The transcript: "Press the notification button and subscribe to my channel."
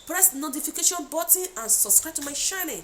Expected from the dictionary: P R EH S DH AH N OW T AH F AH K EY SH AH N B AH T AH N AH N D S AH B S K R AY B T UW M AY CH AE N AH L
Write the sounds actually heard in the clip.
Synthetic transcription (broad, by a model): P R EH S N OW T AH F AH K EY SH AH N B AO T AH AH N S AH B S K R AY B T UW M AY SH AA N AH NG